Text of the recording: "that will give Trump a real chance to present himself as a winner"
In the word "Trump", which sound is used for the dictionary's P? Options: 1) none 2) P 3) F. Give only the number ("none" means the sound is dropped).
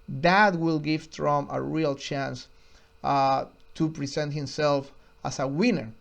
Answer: 1